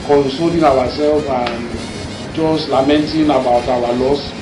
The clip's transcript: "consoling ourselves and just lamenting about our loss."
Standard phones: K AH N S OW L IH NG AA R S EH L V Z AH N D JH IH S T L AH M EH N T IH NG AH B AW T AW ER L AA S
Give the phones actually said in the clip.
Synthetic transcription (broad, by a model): K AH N S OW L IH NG AA W S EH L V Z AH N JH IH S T L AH M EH N T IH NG AH B AW T AW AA L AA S